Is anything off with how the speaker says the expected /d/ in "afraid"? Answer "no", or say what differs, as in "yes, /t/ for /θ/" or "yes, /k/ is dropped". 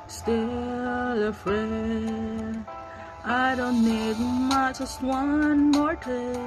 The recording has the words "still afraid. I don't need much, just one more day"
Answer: yes, /d/ is dropped